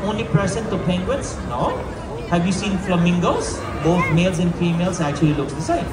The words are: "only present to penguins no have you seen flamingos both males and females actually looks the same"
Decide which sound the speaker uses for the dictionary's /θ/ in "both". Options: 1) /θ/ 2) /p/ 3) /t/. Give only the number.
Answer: 3